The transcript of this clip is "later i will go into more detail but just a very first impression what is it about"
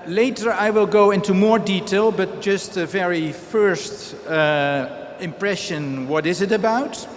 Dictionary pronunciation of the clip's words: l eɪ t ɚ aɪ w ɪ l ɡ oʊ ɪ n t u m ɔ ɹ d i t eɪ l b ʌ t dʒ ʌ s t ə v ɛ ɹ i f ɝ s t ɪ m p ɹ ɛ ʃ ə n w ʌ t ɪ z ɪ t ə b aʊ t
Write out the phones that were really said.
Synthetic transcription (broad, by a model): l eɪ t ɚ aɪ w ɪ l ɡ oʊ ɪ n t u m ɔ ɹ d i t eɪ l b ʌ t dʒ ʌ s t ə v ɛ ɹ i f ɝ s t ɪ m p ɹ ɛ ʃ ə n w ʌ t ɪ z ɪ t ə b aʊ t